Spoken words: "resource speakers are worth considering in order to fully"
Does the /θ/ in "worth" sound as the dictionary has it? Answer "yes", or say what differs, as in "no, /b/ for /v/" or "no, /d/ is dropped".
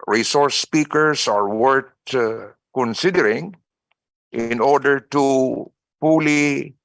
no, /t/ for /θ/